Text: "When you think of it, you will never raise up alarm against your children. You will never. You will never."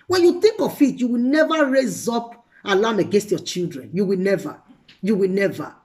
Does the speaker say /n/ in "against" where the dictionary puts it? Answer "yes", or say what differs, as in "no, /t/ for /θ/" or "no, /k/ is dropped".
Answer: yes